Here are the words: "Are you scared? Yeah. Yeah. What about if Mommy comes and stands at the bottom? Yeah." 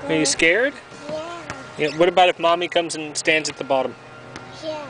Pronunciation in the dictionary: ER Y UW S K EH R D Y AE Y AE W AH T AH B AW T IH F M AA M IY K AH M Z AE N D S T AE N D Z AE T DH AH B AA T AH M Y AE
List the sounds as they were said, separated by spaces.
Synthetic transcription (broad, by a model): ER Y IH S K EH R D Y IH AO W AH T AH B AW T IH F M AA M IY K AH M Z N S T AE N D Z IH T DH AH B AA T AH M